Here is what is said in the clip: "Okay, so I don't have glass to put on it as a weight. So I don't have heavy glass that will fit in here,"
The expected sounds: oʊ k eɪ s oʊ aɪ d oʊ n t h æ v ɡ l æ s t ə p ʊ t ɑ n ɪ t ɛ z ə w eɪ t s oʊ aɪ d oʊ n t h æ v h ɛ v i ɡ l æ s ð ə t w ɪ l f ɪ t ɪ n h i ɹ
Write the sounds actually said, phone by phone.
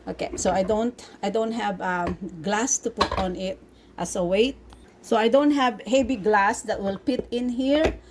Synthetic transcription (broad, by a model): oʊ k eɪ s oʊ aɪ d oʊ n t h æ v ɡ l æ s t ə p ʊ t ɑ n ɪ t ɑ s ə w eɪ t s oʊ aɪ d oʊ n t h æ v h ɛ b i ɡ l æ s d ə t w ɪ l p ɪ t ɪ n h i ɹ